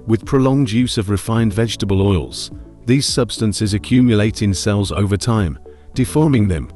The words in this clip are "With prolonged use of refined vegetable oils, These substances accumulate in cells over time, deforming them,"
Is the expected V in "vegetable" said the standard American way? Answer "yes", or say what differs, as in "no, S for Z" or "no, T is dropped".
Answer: yes